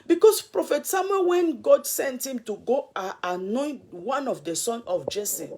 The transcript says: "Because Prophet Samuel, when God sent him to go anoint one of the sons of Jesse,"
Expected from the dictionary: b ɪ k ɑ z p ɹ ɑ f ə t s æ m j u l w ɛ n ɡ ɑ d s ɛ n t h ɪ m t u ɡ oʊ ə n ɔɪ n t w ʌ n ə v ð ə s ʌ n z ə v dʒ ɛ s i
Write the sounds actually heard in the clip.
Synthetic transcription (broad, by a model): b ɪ k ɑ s p ɹ ɑ f ə t s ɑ m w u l w ɛ n ɡ ɑ d s ɛ n t h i m t u ɡ oʊ ə n ɔɪ n t w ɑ n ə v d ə s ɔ n ə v dʒ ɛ s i